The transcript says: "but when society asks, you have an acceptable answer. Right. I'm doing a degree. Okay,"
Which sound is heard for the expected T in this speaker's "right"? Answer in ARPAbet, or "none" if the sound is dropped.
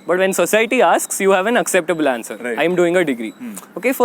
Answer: none